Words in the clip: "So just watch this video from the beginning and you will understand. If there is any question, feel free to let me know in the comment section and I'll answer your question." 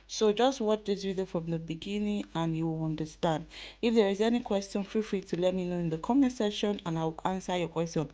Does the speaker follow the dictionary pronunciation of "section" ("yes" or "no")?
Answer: no